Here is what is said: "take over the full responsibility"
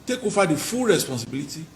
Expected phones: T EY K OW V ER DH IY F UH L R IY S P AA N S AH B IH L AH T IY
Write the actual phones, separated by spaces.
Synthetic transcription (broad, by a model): T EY K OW F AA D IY F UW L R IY S P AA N S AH B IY L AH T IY